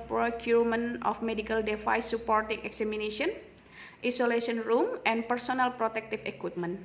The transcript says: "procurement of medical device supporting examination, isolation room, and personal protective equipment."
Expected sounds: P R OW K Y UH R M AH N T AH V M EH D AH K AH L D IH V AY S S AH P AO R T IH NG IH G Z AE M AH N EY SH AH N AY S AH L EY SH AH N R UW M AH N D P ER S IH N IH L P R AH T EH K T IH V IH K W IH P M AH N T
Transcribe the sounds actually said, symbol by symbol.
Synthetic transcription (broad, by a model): P R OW K Y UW R M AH N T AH F M EH D AH K AH L D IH F AY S S AH P AO R T IH NG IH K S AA M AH N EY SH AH N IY S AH L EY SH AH N R UW M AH N P ER S IH N IH L P R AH T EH K T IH F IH K W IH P M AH N